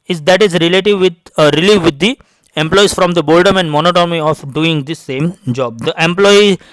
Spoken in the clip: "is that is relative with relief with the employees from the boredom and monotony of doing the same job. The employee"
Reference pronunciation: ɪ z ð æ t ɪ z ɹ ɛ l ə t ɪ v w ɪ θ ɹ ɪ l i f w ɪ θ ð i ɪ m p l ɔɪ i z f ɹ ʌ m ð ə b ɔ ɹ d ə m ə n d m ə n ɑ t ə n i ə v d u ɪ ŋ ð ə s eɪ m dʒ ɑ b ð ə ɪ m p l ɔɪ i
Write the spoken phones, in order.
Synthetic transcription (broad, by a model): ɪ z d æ t ɪ z ɹ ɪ l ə t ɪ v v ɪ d ɹ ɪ l i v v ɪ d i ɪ m p l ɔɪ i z f ɹ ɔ m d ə b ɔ l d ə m ə n d m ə n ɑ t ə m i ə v d u ɪ ŋ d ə s eɪ m dʒ ɑ b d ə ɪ m p l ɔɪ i